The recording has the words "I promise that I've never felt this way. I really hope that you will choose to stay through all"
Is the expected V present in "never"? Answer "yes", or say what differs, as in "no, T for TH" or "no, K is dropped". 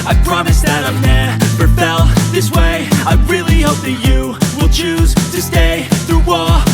no, P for V